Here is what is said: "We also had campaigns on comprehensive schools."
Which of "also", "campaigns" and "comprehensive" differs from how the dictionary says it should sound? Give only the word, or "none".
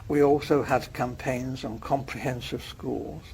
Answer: none